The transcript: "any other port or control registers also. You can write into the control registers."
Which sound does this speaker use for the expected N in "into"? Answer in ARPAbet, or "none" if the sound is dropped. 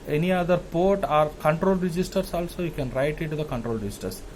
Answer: none